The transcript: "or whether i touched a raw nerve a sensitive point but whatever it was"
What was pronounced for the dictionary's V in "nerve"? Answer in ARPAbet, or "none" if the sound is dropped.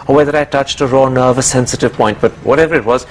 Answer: V